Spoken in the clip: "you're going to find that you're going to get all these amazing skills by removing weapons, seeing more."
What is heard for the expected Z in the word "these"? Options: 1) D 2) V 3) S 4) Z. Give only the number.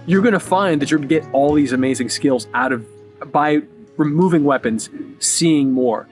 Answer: 4